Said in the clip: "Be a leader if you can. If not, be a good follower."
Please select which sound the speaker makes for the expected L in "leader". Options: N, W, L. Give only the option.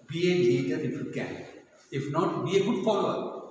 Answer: N